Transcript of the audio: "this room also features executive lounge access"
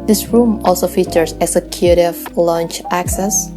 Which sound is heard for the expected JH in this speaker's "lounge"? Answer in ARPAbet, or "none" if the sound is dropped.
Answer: CH